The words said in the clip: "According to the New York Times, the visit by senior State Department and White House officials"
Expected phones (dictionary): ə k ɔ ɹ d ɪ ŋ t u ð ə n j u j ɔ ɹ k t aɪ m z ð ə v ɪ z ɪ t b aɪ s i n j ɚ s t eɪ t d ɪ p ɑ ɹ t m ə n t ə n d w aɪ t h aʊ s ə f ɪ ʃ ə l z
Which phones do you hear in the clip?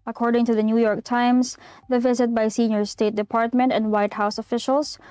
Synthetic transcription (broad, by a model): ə k ɔ ɹ d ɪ ŋ t u ð ə n j u j ɔ ɹ k t aɪ m s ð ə v ɪ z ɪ t b aɪ s i n j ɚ s t eɪ t d ɪ p ɑ ɹ t m ə n t ə n d w aɪ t h aʊ s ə f ɪ ʃ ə l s